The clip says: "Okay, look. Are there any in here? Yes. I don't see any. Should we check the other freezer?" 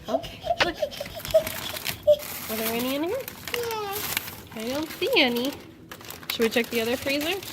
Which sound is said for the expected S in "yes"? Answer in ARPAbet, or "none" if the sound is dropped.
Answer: none